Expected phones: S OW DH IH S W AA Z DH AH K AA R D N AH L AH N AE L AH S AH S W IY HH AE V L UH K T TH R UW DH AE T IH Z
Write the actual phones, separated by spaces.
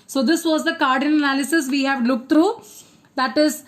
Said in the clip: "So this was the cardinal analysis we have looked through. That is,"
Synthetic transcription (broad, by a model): S OW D IH S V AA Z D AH K AA R D AH N AH N AE L AH S AH S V IY HH AE V L UH K T T R UW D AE T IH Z